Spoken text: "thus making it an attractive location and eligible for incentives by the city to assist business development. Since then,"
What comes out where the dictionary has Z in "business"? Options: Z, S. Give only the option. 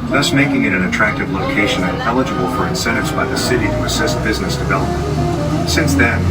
Z